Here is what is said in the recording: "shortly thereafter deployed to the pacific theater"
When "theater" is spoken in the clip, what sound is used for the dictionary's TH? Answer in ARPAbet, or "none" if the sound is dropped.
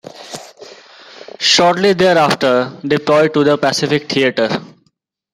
T